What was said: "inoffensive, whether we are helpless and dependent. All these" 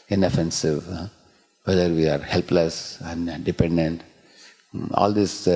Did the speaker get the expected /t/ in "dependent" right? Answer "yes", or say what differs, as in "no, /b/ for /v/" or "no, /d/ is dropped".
yes